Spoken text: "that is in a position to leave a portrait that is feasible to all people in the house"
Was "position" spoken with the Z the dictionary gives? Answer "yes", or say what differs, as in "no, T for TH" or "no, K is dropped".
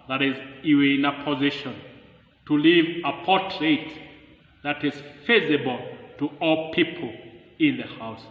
yes